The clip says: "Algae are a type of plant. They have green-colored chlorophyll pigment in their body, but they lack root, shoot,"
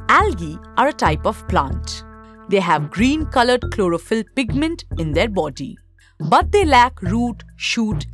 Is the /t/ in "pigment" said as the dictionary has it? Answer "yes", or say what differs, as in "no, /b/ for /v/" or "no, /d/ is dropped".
yes